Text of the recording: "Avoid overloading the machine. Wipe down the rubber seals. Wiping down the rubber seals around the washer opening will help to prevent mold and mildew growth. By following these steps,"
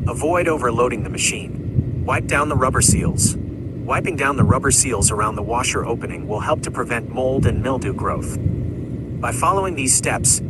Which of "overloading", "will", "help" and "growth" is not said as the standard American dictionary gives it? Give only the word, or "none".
none